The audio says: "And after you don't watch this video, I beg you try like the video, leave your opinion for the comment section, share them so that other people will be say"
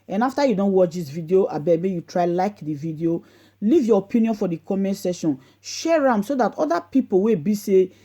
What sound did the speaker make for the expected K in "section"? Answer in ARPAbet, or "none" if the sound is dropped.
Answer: none